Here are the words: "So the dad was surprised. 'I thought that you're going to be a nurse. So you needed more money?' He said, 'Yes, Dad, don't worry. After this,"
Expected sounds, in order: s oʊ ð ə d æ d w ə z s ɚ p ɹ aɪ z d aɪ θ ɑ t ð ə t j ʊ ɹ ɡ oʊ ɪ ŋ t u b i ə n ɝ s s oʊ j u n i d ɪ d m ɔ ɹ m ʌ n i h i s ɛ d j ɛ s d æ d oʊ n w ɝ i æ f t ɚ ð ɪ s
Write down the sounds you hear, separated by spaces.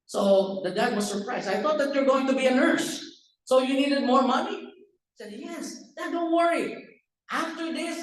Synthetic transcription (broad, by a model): s oʊ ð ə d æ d w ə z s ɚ p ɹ aɪ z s aɪ θ ɑ t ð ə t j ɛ ɹ ɡ oʊ ɪ ŋ t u b i ə n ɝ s s oʊ j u n i d ɪ d m ɔ ɹ m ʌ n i i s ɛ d j ɛ s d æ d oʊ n w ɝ i æ f t ɚ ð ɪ s